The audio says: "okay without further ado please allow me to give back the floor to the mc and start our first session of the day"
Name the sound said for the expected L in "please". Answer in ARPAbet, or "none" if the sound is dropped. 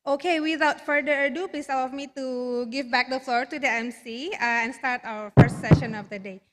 none